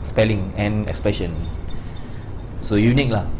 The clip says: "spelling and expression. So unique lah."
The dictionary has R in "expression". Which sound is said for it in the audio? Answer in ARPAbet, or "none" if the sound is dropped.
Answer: none